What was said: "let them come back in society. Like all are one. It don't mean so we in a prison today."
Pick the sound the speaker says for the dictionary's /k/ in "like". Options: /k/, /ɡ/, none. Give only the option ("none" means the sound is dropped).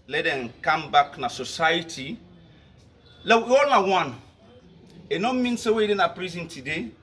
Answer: none